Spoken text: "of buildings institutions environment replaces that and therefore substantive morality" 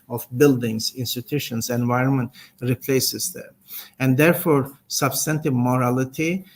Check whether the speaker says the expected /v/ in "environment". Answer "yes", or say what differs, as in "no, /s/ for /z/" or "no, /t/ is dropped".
yes